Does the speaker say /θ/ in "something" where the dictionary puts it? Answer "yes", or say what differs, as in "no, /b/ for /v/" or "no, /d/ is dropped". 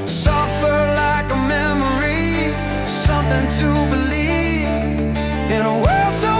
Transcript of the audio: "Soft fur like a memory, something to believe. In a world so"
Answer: yes